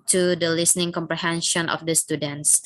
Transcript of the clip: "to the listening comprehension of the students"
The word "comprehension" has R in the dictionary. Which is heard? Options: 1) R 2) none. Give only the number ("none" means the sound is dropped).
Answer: 1